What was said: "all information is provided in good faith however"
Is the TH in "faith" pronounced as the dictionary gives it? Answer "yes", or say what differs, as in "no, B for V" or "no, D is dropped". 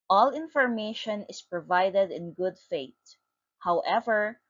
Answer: no, T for TH